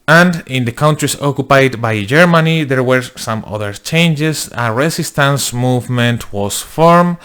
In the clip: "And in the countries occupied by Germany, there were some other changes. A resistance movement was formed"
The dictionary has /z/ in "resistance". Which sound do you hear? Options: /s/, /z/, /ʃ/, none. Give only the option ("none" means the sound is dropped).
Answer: /s/